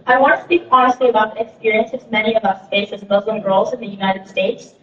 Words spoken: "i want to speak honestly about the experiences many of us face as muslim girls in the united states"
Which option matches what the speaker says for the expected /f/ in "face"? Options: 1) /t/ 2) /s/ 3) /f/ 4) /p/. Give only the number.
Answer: 4